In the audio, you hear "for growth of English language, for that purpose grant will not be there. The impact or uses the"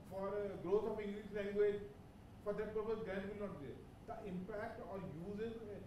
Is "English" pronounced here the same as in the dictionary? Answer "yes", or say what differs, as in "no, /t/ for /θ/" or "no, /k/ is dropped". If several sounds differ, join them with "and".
no, /s/ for /ʃ/